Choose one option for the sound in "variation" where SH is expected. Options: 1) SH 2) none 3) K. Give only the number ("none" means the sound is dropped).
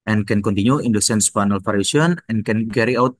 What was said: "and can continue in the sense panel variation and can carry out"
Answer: 2